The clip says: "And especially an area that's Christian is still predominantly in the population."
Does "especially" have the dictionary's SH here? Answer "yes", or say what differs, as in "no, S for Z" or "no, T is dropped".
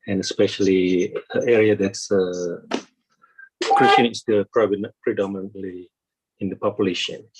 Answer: yes